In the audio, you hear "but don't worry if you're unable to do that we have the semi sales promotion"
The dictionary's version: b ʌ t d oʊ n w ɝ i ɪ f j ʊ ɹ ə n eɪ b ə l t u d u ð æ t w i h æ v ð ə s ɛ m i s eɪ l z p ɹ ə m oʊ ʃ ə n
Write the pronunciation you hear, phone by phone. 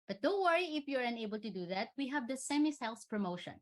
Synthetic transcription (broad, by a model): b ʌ t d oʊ w ɝ i ɪ f j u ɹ ə n eɪ b ə l t u d u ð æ t w i h æ v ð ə s ɛ m i s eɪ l s p ɹ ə m oʊ ʃ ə n